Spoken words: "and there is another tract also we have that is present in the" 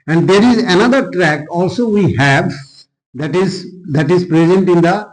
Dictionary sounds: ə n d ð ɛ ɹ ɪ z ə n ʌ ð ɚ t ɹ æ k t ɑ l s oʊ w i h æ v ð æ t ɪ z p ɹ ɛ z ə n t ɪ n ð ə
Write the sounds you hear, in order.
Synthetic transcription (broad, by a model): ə n d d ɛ ɹ ɪ z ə n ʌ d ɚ t ɹ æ k ɑ l s oʊ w i h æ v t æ t ɪ z p ɹ ɛ z ə n t ɪ n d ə